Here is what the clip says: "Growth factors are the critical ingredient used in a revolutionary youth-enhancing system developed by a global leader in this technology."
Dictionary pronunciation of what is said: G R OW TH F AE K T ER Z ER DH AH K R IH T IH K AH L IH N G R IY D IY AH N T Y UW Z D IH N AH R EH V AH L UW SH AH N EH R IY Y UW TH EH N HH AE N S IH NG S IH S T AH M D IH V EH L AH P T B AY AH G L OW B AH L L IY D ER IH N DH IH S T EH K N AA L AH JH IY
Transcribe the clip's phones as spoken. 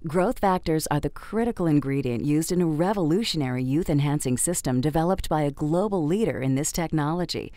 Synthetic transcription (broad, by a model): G R OW TH F AE K T ER Z ER DH AH K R IH T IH K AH L IH N G R IY D IY AH N T Y UW Z D IH N AH R EH V AH L UW SH AH N EH R IY Y UW TH EH N HH AE N S IH NG S IH S T AH M D IH V EH L AH P T B AY AH G L OW B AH L L IY D ER IH N DH IH S T EH K N AA L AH JH IY